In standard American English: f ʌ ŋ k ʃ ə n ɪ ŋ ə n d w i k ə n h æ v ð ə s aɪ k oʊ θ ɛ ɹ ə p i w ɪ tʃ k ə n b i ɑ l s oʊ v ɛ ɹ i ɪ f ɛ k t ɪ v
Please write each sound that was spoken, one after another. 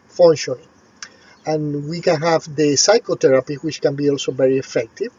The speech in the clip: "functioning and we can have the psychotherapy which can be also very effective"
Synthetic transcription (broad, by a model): f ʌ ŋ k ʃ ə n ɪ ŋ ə n w i k ə n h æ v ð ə s aɪ k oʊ t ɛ ɹ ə p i w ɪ tʃ k ə n b i ɑ l s oʊ v ɛ ɹ i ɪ f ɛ k t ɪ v